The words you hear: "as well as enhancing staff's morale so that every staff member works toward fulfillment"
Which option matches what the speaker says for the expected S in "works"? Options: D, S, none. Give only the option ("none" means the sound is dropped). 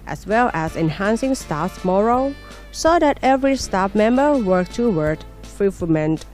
none